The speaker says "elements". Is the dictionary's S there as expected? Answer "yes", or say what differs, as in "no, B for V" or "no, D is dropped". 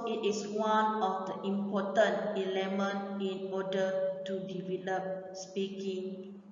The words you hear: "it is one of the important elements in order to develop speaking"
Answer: no, S is dropped